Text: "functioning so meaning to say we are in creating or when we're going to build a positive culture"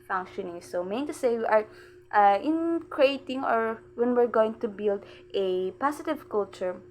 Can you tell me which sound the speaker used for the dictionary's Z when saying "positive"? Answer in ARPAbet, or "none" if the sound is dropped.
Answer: S